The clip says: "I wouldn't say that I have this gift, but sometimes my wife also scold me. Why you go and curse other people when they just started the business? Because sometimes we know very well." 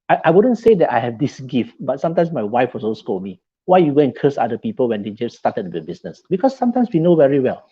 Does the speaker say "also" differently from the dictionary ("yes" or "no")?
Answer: yes